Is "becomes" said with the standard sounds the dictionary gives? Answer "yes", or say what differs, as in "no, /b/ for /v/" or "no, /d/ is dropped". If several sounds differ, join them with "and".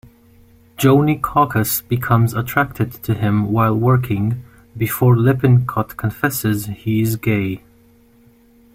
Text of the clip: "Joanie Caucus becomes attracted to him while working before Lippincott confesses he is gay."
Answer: yes